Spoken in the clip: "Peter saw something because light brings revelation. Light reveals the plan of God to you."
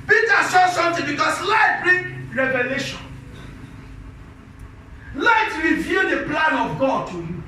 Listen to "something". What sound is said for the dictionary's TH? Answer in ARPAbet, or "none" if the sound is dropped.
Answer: T